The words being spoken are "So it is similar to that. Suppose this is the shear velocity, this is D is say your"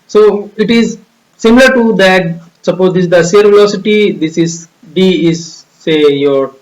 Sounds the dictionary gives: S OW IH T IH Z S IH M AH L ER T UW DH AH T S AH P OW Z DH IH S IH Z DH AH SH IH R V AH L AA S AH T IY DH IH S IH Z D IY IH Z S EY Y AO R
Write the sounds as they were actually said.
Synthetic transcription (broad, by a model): S OW IH T IH Z S IH M AH L ER T UW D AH T S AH P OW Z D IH IH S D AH S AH R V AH AA S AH T IY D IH S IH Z D IY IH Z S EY Y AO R